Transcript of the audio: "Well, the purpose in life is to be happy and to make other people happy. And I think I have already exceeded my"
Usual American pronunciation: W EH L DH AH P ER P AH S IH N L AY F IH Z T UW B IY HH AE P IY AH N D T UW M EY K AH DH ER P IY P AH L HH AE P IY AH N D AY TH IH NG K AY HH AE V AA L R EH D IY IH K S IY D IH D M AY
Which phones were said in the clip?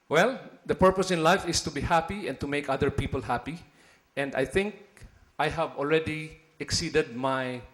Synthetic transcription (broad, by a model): W EH L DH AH P ER P AH S IH N L AY F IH S T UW B IY HH AE P IY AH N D T UW M EY K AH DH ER P IY P AH L HH AE P IY AH N D AY TH IH NG K AY HH AE V AA L R EH D IY IH K S IY D IH D M AY